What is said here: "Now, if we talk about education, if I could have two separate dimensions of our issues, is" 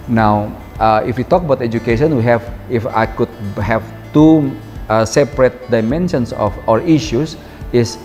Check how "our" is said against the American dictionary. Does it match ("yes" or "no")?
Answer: yes